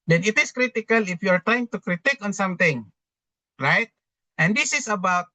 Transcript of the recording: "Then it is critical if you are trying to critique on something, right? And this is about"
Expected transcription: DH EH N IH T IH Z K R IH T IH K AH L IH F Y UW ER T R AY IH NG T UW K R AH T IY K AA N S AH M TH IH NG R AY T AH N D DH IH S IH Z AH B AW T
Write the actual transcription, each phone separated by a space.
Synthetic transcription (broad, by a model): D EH N IH T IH S K R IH T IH K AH L IH F Y UW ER T R AY IH NG T UW K R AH T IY K AA N S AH M T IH NG R AY T AH N D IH S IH S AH B AW T